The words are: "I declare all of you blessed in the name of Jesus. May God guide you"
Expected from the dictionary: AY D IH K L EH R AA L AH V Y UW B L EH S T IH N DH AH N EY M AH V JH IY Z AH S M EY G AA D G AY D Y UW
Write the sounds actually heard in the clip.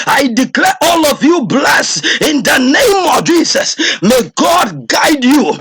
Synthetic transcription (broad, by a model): AY D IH K L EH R AA L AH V Y UW B L EH S IH N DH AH N EY M AH V JH IY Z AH S M EY G AA D G AY D Y UW